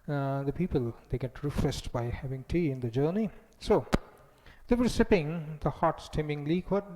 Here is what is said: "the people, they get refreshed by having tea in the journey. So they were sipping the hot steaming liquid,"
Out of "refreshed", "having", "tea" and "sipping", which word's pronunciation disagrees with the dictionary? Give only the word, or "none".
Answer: refreshed